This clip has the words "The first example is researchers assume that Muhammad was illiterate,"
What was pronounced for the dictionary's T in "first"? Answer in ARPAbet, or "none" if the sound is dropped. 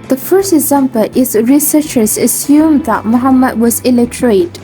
T